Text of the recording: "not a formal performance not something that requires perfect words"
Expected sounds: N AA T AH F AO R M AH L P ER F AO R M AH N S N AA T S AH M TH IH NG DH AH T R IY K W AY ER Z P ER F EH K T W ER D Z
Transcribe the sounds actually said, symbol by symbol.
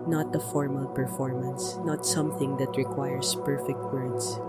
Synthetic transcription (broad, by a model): N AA T AH F AO R M AH L P ER F AO R M AH N S N AA T S AH M TH IH NG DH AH T R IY K W AY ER S P ER F EH K T W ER D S